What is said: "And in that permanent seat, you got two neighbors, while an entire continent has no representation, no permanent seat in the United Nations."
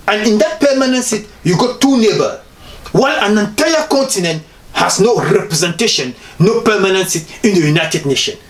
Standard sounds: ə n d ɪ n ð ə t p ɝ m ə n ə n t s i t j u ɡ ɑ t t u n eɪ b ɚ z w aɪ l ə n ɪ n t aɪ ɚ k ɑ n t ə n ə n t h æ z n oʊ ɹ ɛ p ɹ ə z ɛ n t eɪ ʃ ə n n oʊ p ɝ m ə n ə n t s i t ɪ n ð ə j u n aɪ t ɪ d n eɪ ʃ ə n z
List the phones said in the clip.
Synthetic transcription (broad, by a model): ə n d ɪ n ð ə t p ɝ m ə n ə n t s i t j u ɡ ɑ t t u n eɪ b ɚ w aɪ l ə n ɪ n t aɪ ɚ k ɑ n t ə n ə n t h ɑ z n oʊ ɹ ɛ p ɹ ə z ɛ n t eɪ ʃ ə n n oʊ p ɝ m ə n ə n s i t ɪ n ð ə j u n aɪ t ɪ d n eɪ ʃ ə n